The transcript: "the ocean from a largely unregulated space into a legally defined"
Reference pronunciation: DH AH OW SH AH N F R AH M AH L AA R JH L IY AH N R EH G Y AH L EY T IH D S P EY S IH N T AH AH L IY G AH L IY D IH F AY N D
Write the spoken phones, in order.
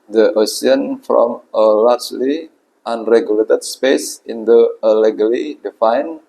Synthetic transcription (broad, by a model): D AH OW S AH N F R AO M AH L AA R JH L IY AH N R EH G Y AH L EY T IH D S P EY S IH N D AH AH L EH G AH L IY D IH F AY N